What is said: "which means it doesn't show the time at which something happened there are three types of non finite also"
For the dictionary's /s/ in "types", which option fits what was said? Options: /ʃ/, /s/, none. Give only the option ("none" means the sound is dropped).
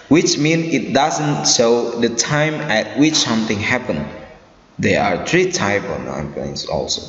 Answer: none